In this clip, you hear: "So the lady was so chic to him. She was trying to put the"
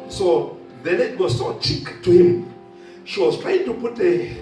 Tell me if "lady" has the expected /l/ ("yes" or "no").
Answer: no